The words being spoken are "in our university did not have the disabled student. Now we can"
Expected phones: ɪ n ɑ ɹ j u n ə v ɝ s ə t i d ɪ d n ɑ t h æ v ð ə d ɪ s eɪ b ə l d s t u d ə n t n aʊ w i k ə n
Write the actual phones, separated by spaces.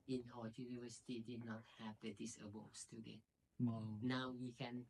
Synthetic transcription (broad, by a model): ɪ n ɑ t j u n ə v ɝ s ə t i d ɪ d n ɑ t h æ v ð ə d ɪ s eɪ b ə s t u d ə t n aʊ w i k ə n